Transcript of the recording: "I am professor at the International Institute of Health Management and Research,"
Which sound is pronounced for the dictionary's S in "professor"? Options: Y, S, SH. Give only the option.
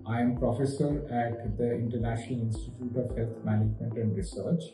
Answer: S